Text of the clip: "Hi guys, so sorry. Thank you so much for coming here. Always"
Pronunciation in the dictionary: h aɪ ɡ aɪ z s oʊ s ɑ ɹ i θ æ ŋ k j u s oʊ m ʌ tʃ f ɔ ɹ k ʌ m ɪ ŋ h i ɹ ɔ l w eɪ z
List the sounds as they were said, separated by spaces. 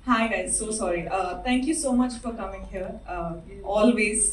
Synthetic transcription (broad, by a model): h aɪ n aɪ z s oʊ s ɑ ɹ i t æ ŋ k j u s oʊ m ʌ tʃ f ɔ ɹ k ʌ m ɪ ŋ h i ɹ ɔ l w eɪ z